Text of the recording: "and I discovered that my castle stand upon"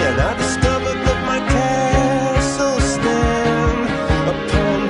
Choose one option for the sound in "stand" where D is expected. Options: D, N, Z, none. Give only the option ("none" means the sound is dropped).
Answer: none